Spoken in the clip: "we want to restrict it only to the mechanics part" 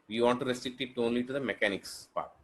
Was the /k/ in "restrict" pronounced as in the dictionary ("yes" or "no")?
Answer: no